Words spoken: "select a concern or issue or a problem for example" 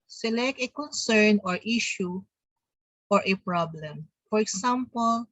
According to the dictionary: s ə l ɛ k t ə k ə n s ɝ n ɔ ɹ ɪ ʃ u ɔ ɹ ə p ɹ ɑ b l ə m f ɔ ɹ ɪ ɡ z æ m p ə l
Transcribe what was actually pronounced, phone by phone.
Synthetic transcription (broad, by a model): s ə l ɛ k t ə k ə n s ɝ n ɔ ɹ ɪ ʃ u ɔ ɹ ə p ɹ ɑ b l ə m f ɔ ɹ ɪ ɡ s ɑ m p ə l